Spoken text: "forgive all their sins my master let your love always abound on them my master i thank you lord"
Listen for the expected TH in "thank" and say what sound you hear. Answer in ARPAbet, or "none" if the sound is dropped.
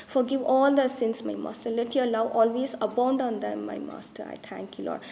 T